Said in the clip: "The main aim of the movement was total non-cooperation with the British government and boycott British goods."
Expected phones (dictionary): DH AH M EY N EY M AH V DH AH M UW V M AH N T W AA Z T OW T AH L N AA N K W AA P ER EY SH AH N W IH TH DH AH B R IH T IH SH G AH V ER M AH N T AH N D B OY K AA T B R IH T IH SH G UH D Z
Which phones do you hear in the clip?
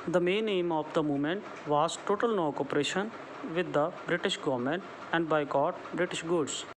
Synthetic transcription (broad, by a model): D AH M EY N EY M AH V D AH M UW M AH N T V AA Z T OW T AH L N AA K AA P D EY SH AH N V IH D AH B R IH T IH SH G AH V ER M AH N T AH N D B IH K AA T B R IH T IH SH G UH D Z